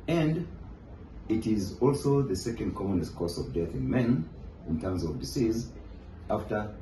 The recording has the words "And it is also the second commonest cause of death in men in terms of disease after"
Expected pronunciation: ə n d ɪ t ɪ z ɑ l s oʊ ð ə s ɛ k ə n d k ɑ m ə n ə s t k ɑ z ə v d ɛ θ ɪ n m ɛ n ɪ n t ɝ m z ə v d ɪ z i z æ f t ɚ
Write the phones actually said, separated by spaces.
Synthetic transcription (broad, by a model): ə n d ɪ t ɪ z ɑ l s oʊ ð ə s ɛ k ə n d k ɑ m ə n ə s t k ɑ s ə v d ɛ θ ɪ n m ɛ n ɪ n t ɝ m z ə v d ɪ s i z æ f t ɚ